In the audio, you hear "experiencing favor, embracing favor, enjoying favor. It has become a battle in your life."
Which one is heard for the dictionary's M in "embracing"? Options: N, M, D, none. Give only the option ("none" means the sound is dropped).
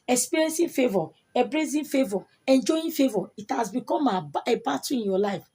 none